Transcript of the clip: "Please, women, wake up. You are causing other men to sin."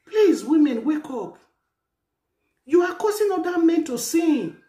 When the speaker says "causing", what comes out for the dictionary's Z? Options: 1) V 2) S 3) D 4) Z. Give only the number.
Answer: 2